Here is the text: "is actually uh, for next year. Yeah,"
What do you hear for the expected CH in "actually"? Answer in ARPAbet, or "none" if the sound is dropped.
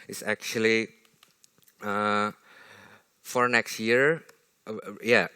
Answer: CH